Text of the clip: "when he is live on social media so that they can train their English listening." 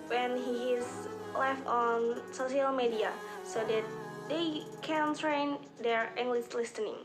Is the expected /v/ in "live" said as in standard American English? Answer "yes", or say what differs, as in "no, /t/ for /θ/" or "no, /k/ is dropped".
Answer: no, /f/ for /v/